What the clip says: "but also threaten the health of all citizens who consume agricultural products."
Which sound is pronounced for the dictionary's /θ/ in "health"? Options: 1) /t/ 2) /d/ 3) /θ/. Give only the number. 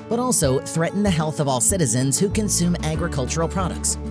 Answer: 3